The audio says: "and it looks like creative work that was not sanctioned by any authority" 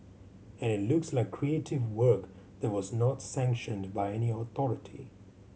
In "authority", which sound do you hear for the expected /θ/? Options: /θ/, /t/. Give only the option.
/θ/